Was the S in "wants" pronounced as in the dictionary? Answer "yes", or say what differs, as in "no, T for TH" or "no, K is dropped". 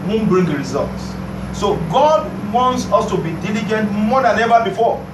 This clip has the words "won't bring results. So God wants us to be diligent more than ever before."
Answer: yes